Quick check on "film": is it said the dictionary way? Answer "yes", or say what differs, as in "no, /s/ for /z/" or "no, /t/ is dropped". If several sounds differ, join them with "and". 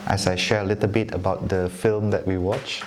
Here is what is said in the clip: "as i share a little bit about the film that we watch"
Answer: yes